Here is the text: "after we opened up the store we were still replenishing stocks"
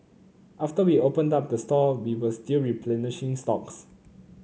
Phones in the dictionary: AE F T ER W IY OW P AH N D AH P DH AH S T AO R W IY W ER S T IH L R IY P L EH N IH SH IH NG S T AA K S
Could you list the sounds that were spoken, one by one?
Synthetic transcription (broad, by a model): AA F T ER W IY OW P AH N D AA P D AH S T AO W IY W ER S T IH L R IY P L EH N IH SH IH NG S T AA K S